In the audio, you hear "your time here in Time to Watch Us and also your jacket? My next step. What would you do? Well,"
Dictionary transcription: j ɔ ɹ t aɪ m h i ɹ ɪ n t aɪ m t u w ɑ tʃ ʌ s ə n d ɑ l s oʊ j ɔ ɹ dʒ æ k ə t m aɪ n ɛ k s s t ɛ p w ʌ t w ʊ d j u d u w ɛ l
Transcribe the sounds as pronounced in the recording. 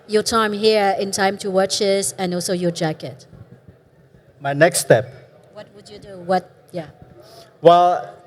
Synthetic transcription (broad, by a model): j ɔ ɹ t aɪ m h i ɹ ɪ n t aɪ m t u w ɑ tʃ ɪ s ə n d ɑ l s oʊ j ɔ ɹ dʒ æ k ə t m aɪ n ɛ k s s t ɛ p w ʌ t w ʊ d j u d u w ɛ l